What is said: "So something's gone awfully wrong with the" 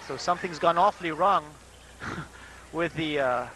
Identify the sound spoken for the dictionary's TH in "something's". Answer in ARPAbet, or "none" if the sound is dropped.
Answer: TH